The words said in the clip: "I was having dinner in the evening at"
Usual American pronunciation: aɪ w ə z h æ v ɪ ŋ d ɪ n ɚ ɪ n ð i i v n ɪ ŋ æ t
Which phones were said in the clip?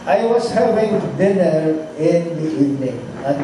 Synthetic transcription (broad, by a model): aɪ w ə s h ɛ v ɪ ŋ d ɪ n ɚ ɪ n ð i i v n ɪ ŋ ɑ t